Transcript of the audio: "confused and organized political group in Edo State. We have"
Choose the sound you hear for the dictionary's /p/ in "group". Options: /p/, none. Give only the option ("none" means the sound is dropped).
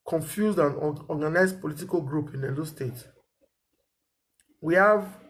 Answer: /p/